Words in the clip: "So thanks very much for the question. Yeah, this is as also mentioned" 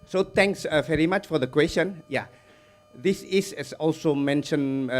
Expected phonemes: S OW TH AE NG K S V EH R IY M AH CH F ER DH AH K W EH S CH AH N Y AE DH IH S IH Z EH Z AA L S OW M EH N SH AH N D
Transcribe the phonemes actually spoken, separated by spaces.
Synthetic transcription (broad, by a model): S OW T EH NG K S V EH R IY M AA CH F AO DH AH K W EH S CH AH N Y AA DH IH S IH S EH S AA L S OW M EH N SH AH N